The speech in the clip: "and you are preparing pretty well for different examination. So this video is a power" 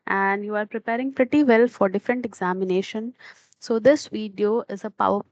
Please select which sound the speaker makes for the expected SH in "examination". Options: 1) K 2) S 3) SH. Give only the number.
3